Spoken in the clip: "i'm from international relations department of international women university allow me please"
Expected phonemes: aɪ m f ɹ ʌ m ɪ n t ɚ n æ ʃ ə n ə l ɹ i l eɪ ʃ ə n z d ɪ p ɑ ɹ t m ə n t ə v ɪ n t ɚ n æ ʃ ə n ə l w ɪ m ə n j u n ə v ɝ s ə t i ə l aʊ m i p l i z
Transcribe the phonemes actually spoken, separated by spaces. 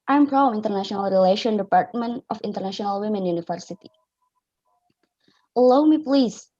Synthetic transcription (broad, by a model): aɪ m p ɹ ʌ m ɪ n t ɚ n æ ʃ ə n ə l ɹ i l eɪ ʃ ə n d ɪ p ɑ ɹ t m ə n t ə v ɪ n t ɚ n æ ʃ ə n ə l w ɪ m ə n j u n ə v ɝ s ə t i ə l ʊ m i p l i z